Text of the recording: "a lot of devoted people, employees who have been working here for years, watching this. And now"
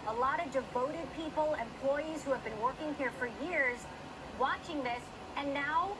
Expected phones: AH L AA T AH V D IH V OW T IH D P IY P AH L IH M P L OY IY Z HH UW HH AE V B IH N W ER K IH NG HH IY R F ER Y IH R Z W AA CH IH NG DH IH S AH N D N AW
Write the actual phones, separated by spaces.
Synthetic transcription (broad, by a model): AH L AA T AH V D IH V OW T IH D P IY P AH L IH M P L OY IY Z HH UW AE V B IH N W ER K IH NG HH IY R F ER Y IH R Z W AA CH IH NG DH IH S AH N N AW